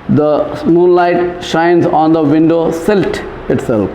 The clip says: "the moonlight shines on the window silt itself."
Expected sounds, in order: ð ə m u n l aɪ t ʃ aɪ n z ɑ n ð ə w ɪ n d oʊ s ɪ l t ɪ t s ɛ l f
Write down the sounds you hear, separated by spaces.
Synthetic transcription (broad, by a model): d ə m u n l aɪ t ʃ aɪ n z ɑ n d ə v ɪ n d oʊ s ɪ l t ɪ t s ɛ l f